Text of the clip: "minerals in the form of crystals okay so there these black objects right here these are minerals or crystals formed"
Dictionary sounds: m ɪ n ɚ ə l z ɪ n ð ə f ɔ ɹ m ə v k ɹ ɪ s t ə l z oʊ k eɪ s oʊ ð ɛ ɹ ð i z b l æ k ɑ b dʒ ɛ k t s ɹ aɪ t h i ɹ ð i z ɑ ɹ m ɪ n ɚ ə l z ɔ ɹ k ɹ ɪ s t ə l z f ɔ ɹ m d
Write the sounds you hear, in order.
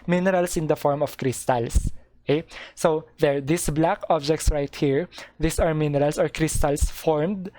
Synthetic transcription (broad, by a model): m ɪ n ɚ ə l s ɪ n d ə f ɔ ɹ m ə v k ɹ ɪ s t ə l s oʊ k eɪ s oʊ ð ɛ ɹ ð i s b l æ k ɑ b dʒ ɛ k t s ɹ aɪ t h i ɹ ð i s ɑ ɹ m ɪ n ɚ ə l s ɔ ɹ k ɹ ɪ s t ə l s f ɔ ɹ m d